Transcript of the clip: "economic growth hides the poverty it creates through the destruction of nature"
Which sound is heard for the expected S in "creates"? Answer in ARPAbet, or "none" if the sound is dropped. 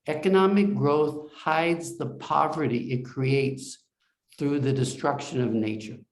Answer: S